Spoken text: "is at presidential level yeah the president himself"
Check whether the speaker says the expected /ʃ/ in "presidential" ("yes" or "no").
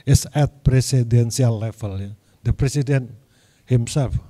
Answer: no